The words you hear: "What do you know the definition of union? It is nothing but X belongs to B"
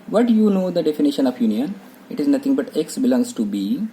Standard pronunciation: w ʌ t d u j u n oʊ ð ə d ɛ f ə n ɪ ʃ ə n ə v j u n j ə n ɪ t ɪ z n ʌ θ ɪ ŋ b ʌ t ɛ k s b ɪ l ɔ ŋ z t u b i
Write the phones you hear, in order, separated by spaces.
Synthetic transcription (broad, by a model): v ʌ t j u n oʊ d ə d ɛ f ə n ɪ ʃ ə n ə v j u n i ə n ɪ t ɪ z n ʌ t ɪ ŋ b ʌ t ɛ k s b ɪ l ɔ ŋ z t u b i